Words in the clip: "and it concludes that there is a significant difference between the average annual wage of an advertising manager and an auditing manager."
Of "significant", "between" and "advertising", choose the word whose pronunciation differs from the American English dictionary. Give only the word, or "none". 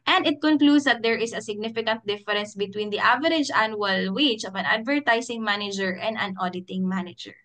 advertising